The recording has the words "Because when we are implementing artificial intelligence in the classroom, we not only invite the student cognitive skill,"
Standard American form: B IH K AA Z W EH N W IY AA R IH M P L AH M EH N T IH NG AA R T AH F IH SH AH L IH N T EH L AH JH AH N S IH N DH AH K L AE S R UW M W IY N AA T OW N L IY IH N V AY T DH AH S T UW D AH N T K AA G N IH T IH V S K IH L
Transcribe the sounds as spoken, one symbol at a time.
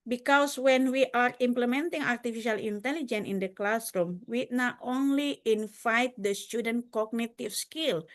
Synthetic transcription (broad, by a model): B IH K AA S W EH N W IY AA R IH M P L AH M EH N T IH NG AA R T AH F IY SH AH L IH N T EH L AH JH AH N IH N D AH K L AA S R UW M W IY N AA T OW N L IY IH N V AY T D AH S T UW D AH N T K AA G N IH T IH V S K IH L